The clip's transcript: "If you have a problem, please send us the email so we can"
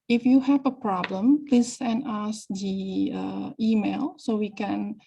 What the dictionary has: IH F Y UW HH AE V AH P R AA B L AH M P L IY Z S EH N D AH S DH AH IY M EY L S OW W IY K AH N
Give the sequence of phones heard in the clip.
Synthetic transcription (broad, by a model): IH F Y UW HH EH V AH P R AA B L AH M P L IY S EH N AA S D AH IY M EY L S OW W IY K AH N